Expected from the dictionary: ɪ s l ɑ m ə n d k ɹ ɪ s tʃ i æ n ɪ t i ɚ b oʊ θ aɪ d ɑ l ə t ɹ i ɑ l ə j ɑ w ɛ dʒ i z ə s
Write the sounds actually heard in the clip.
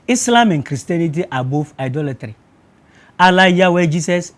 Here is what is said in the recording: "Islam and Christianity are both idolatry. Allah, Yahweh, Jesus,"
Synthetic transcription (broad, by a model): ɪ s l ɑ m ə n k ɹ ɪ s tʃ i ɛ n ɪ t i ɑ b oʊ f aɪ d ɑ l ə t ɹ i ɑ l ə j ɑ w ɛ dʒ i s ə s